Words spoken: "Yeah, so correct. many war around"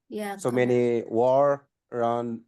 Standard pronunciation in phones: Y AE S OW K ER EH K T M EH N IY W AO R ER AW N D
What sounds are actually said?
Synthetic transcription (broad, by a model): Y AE S OW M EH N IY W AO R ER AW N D